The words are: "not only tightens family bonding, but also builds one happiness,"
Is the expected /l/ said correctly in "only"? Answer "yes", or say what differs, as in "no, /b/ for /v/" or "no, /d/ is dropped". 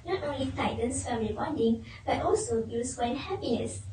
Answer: yes